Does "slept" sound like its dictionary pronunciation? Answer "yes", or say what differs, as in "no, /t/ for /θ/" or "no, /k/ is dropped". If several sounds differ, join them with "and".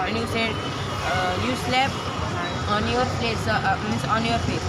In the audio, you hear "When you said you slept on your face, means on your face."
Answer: no, /t/ is dropped